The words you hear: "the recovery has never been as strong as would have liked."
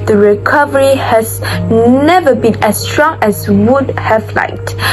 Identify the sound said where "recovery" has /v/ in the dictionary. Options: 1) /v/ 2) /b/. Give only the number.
1